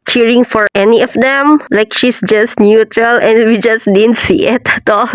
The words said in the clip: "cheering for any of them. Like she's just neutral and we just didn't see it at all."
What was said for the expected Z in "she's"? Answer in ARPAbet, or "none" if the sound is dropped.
S